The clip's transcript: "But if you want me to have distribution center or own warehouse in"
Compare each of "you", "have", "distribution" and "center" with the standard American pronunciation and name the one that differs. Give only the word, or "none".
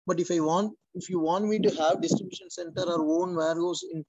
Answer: none